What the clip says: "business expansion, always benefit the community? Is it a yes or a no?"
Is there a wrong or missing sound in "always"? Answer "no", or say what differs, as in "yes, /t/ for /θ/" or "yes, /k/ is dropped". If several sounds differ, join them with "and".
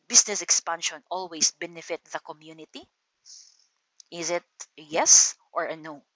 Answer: yes, /s/ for /z/